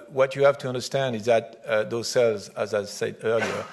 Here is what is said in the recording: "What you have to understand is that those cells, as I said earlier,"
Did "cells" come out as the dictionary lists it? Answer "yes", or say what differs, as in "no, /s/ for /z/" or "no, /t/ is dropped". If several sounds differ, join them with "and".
yes